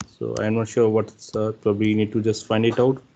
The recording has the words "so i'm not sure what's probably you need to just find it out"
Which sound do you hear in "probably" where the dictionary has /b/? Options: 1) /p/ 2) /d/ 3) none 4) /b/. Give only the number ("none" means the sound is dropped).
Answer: 4